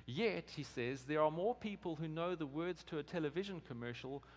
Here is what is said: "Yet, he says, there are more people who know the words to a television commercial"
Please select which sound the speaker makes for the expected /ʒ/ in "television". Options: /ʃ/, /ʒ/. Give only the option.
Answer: /ʒ/